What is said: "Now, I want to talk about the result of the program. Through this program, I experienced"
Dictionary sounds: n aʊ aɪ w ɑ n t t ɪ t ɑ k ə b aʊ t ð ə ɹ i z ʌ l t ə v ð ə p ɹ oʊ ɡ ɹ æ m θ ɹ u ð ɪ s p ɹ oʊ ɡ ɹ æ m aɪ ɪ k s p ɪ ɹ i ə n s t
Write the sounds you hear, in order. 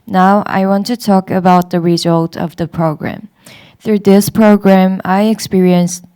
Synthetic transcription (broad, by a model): n aʊ aɪ w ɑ n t t ɪ t ɑ k ə b aʊ t ð ə ɹ i z ʌ l t ə v ð ə p ɹ oʊ ɡ ɹ æ m θ ɹ u ð ɪ s p ɹ oʊ ɡ ɹ æ m aɪ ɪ k s p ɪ ɹ i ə n s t